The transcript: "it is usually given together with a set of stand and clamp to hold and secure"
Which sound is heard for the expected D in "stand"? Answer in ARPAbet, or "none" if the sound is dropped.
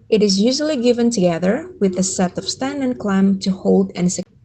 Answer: none